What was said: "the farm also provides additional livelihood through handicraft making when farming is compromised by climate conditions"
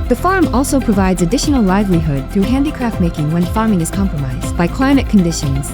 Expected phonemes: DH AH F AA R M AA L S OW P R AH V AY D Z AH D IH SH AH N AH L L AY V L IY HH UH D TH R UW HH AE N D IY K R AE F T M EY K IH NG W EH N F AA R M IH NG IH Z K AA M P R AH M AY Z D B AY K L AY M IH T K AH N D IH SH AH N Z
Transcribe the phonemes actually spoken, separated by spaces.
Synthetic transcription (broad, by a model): DH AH F AA R M AA L S OW P R AH V AY D Z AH D IH SH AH N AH L L AY V L IY HH UH D TH R UW HH AE N D IY K R AE F T M EY K IH NG W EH N F AA R M IH NG IH Z K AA M P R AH M AY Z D B AY K L AY M IH T K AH N D IH SH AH N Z